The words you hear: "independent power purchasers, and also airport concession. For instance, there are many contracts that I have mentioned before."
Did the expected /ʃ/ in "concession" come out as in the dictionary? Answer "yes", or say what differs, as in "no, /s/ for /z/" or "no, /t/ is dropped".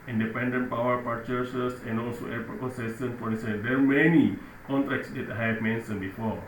no, /s/ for /ʃ/